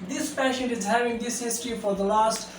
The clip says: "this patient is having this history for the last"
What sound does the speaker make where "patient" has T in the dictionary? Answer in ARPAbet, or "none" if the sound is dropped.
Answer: none